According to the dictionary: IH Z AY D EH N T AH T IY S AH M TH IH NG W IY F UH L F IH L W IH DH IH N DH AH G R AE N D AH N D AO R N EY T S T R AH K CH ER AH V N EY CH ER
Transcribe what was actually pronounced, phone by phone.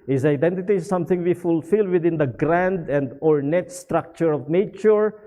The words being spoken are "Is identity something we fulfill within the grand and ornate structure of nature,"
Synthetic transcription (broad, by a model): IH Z AY D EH N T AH T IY S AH M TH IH NG W IY F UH L F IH L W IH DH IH N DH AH G R AE N D AH N D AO R N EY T S T R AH K CH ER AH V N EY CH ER